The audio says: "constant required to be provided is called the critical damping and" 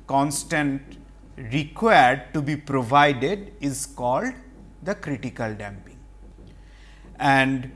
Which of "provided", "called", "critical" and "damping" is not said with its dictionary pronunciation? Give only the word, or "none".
none